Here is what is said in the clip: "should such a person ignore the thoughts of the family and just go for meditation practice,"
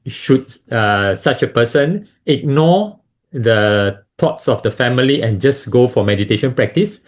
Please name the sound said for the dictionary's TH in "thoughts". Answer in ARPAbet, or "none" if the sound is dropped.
T